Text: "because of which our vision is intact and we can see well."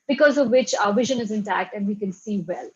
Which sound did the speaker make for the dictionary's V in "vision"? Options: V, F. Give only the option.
V